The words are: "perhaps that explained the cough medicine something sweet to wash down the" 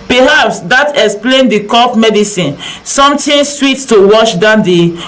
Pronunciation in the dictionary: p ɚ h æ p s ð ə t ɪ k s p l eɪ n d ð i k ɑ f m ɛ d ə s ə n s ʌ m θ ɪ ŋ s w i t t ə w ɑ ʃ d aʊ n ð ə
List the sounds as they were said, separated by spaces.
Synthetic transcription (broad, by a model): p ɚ h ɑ p s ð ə t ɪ k s p l eɪ n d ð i k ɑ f m ɛ d ə s ə n s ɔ m t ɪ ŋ s w i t t ə w ɑ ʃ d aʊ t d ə